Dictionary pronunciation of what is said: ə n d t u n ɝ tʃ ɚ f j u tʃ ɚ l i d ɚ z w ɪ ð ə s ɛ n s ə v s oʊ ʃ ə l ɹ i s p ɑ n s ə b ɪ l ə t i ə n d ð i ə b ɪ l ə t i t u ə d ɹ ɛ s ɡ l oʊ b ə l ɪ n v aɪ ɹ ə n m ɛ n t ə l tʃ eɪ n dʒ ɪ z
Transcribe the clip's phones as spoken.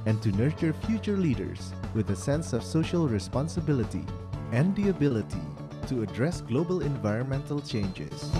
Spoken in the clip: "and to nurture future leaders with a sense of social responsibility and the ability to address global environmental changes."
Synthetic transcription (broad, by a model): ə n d t u n ɝ tʃ ɚ f j u tʃ ɚ l i d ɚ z w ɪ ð ə s ɛ n s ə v s oʊ ʃ ə l ɹ i s p ɑ n s ə b ɪ l ə t i ə n d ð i ə b ɪ l ə t i t u ə d ɹ ɛ s ɡ l oʊ b ə l ɪ n v aɪ ɹ ə n m ɛ n t ə l tʃ eɪ n dʒ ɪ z